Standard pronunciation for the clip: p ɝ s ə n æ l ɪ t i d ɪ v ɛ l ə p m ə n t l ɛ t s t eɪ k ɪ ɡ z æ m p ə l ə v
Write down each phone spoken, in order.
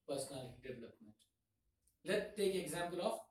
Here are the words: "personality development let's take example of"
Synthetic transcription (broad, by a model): p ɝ s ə n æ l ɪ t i d ɪ v ɛ l ə p m ə n t l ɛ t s t eɪ k ɪ ɡ z æ m p ə l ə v